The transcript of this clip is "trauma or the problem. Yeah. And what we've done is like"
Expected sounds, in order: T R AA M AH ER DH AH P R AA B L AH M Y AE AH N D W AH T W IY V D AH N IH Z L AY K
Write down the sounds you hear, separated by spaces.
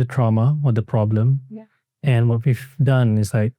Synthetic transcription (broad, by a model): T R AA M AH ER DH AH P R AA B L AH M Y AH N W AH T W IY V D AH N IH S L AY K